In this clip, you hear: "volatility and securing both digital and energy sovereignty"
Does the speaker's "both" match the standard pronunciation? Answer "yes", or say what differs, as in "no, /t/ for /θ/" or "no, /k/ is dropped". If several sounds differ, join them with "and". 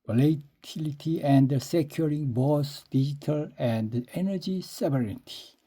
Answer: no, /s/ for /θ/